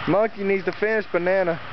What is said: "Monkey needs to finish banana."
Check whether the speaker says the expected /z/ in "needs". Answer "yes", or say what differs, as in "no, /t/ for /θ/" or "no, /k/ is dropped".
yes